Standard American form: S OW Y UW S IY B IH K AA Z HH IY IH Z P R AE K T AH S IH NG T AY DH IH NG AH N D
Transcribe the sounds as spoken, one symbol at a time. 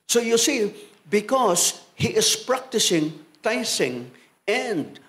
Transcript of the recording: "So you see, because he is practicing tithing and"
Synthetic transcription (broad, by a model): S OW Y UW S IY B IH K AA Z HH IY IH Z P R AE K T AH S IH NG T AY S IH NG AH N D